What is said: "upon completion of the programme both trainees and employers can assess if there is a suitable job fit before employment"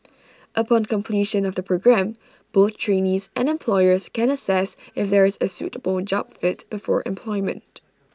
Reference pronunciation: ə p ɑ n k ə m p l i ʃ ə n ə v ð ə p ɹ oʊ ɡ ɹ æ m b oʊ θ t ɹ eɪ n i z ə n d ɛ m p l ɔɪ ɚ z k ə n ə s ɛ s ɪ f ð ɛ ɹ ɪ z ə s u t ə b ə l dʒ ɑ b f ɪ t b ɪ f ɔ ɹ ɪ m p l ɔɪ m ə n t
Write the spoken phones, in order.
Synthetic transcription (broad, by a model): ə p ɑ n k ə m p l i ʃ ə n ə v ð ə p ɹ oʊ ɡ ɹ æ m b oʊ θ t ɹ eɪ n i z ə n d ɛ m p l ɔɪ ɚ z k ə n ə s ɛ s ɪ f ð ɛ ɹ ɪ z ə s u t ə b ə l dʒ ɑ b f ɪ t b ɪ f ɔ ɹ ɪ m p l ɔɪ m ə n t